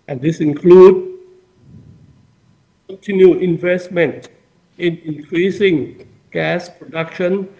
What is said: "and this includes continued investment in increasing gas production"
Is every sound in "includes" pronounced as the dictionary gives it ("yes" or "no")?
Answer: no